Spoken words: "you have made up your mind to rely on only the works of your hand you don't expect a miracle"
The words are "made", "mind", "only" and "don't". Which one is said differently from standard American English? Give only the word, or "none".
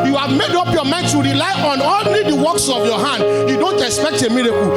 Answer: only